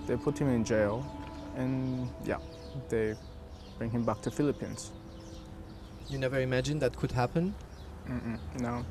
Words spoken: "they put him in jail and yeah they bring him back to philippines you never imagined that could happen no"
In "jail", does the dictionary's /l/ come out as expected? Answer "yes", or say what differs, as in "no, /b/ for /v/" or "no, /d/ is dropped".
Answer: yes